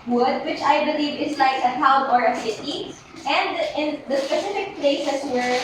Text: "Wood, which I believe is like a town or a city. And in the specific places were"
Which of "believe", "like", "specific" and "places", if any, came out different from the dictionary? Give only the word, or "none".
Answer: places